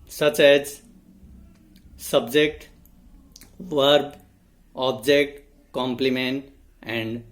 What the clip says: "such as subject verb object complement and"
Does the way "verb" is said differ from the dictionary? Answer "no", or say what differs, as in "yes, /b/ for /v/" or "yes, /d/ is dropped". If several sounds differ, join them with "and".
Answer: no